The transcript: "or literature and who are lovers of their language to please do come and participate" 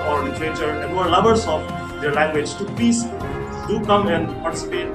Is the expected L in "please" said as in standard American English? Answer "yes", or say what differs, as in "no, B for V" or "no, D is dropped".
no, L is dropped